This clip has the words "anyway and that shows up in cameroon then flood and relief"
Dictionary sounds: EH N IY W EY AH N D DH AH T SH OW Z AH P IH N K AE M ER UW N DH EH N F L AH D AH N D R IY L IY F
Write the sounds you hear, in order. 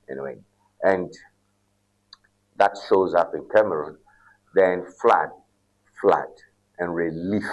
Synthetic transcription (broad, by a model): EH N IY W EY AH N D DH AH T SH OW Z AH P IH N K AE M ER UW N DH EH N F L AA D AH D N R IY L IY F